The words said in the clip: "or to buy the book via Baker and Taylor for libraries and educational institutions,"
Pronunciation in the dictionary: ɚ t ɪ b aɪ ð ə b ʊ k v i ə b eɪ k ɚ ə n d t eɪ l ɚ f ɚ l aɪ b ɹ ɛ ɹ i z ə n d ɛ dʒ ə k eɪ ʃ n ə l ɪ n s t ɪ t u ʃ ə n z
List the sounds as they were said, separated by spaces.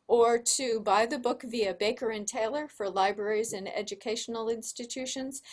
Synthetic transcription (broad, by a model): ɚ t ɪ b aɪ ð ə b ʊ k v i ə b eɪ k ɚ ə n t eɪ l ɚ f ɚ l aɪ b ɹ ɛ ɹ i z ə n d ɛ dʒ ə k eɪ ʃ n l ɪ n s t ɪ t u ʃ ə n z